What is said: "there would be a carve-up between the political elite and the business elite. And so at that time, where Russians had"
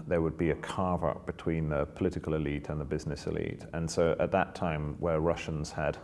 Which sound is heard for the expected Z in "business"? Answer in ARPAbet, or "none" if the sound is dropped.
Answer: Z